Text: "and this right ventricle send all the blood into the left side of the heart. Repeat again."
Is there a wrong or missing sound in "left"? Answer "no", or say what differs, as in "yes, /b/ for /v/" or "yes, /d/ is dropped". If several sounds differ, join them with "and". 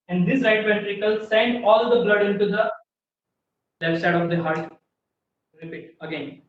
yes, /f/ is dropped